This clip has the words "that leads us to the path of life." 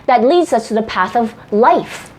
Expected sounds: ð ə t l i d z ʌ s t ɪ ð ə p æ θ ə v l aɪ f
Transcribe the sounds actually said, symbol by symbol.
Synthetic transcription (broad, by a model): ð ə t l i d z ʌ s t ɪ ð ə p æ θ ə v l aɪ f